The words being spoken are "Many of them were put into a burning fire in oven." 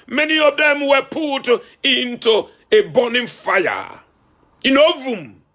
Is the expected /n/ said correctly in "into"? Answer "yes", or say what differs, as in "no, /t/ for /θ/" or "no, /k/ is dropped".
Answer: yes